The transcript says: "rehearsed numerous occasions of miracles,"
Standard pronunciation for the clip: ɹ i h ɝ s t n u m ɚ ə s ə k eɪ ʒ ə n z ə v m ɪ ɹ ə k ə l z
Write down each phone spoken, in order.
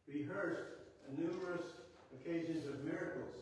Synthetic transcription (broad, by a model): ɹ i h ɝ s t n u m ɚ ə s ə k eɪ ʒ ə n z ə v m ɪ ɹ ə k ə l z